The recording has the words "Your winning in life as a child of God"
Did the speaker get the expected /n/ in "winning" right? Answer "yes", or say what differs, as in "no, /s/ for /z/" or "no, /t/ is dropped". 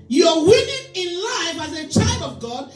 no, /n/ is dropped